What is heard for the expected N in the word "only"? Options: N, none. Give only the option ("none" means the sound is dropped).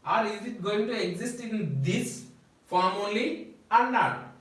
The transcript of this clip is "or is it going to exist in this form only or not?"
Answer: none